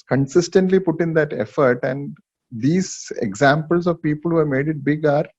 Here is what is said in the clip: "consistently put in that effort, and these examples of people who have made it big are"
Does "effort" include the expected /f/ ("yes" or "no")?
yes